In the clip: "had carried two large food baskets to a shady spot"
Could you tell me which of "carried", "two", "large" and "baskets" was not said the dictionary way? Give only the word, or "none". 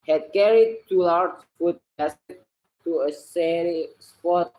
baskets